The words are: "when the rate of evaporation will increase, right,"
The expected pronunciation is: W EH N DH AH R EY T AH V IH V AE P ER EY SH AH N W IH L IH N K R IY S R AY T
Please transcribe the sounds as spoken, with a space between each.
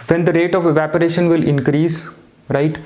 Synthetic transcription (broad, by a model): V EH N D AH R EY T AH V IH V AE P ER EY SH AH N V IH L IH N K R IY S R AY T